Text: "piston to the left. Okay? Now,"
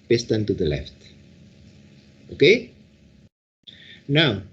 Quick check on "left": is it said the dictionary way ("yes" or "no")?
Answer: yes